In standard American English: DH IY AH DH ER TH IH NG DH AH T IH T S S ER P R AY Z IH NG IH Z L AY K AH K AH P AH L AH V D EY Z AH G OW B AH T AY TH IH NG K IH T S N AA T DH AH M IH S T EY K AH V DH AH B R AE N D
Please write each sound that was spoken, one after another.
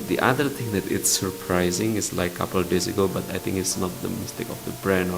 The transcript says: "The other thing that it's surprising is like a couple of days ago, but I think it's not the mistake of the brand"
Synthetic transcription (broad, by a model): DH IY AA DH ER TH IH NG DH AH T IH T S S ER P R AY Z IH NG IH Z L AY K AH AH P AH L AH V D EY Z AH G OW B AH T AY TH IH NG K IH T S N AA T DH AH M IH S T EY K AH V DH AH B R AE N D